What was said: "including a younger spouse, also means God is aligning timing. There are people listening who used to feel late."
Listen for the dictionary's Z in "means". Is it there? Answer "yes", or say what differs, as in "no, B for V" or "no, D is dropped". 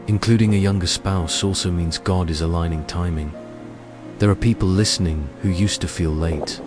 yes